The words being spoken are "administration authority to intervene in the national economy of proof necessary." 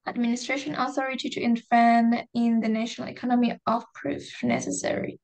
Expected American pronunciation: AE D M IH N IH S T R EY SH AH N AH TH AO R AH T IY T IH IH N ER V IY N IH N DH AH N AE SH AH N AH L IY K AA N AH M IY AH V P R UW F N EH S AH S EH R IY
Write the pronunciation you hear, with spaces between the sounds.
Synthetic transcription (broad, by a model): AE D M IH N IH S T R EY SH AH N AH TH AO R AH T IY T IH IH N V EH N IH N DH AH N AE SH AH N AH L IY K AA N AH M IY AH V P R UW F N EH S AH S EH R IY